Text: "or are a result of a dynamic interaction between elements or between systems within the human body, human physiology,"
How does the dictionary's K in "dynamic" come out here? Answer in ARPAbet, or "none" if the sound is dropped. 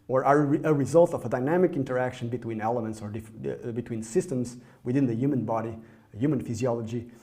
K